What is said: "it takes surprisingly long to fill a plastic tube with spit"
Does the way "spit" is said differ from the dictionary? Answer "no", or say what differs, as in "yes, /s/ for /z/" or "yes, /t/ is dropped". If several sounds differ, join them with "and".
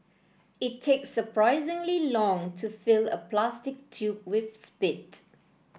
no